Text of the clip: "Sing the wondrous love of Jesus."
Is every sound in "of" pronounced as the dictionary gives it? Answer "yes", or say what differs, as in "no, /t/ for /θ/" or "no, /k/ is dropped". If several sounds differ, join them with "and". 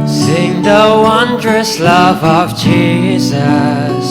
yes